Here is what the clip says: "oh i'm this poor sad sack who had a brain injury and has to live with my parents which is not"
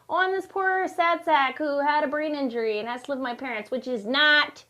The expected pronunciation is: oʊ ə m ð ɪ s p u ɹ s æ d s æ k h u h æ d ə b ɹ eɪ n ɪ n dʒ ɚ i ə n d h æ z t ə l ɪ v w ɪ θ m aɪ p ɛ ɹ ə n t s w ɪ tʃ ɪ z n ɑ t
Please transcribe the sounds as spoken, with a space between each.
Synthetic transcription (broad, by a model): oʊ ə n ð ɪ s p u ɹ s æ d s æ k h u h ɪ d ə b ɹ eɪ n ɪ n dʒ ɚ i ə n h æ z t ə l ɪ v m aɪ p ɛ ɹ ə n t s w ɪ tʃ ɪ z n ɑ t